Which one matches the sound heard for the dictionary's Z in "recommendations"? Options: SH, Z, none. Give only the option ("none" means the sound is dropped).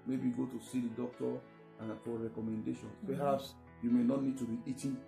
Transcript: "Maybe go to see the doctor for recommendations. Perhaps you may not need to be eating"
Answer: none